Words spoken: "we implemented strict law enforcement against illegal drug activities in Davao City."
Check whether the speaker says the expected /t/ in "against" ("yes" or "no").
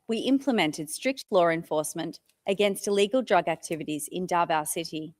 yes